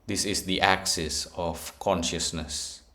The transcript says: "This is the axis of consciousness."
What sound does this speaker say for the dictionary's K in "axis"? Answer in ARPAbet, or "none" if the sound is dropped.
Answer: K